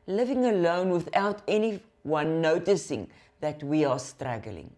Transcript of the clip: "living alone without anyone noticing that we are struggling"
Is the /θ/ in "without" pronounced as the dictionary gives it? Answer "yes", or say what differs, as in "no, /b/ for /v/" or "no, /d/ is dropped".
yes